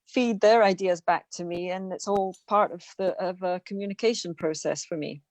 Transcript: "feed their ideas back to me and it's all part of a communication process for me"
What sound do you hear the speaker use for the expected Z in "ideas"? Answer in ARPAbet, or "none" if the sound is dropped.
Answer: Z